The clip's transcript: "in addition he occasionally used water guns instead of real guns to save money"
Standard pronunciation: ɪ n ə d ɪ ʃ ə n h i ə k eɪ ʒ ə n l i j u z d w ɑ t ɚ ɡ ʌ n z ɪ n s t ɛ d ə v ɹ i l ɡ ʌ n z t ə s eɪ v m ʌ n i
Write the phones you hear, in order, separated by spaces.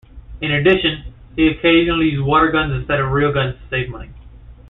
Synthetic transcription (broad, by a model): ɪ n ə d ɪ ʃ ə n h i ə k eɪ ʒ ə n l i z w ɑ t ɚ ɡ ʌ n z ɪ n s t ɛ d ə v ɹ i l ɡ ʌ n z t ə s eɪ v m ʌ n i